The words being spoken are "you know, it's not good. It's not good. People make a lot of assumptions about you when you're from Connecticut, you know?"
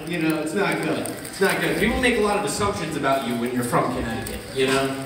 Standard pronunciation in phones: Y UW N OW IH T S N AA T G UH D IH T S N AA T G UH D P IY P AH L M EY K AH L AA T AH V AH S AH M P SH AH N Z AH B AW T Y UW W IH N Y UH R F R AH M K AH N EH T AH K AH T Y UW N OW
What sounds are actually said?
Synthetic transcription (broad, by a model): Y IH N OW IH T S N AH T G UH D IH T S N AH T G UH D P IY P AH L M EY K AH L AA T AH V AH S AH M P SH AH N Z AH B AW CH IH W IH N Y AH R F R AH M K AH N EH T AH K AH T Y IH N OW